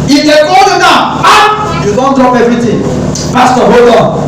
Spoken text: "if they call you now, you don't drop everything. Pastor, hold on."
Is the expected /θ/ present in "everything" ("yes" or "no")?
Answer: no